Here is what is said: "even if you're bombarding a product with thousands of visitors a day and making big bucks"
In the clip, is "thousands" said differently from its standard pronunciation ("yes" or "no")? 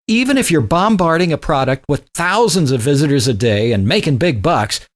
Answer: no